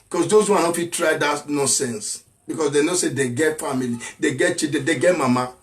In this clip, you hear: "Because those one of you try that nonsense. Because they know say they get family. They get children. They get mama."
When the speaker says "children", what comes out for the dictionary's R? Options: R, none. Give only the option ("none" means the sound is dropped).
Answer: none